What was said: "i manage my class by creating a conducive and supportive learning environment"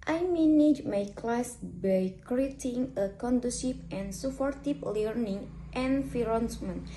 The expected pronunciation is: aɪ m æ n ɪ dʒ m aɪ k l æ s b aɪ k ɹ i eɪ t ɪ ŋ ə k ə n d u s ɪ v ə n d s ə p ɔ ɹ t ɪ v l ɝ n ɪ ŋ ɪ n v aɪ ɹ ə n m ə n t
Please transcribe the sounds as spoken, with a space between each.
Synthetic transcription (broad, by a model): aɪ m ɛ n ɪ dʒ m aɪ k l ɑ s b aɪ k ɹ i eɪ t ɪ ŋ ə k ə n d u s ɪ p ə n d s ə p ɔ ɹ t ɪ p l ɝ n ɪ ŋ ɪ n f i ɹ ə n m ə n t